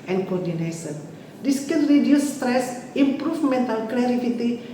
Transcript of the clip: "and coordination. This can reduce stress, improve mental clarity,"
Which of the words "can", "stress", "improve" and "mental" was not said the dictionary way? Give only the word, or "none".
improve